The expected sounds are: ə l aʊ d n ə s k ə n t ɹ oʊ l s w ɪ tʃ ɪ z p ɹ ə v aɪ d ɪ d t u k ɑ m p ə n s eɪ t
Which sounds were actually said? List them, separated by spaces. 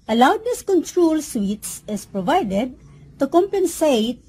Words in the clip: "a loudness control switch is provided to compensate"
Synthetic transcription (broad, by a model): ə l aʊ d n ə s k ə n t ɹ oʊ l s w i s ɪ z p ɹ ə v aɪ d ɪ d t u k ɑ m p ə n s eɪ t